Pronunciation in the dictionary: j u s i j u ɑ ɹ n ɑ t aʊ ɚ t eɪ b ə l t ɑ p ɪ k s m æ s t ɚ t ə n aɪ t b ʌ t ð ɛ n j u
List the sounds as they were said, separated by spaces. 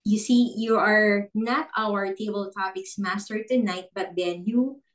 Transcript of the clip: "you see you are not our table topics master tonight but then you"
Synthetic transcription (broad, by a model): j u s i j u ɑ ɹ n ɑ t aʊ ɚ t eɪ b ə l t ɑ p ɪ k s m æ s t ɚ t ə n aɪ t b ʌ t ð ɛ n j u